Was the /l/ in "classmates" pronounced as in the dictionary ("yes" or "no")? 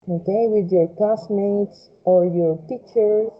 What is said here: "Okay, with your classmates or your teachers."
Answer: no